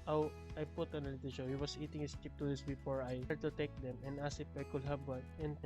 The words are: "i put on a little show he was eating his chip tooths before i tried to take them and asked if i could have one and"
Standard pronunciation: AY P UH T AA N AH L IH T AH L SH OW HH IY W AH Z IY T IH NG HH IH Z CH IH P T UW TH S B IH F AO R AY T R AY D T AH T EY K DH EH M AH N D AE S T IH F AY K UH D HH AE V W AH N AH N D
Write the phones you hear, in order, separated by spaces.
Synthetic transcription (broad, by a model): AY P UH T AA N AH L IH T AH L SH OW HH IY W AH S IY T IH NG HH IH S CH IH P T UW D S B IH F AO R AY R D T AH T EY K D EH M AH N D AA S IH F AY K UH D HH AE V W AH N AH N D